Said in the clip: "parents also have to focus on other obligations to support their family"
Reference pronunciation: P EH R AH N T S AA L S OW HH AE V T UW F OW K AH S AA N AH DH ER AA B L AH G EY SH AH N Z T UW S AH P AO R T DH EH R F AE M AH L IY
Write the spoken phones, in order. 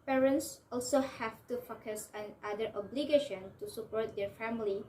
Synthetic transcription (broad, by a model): P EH R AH N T S AA L S OW HH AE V T UW F OW K AH S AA N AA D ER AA B L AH G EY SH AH N T UW S AH P AO R T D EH R F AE M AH L IY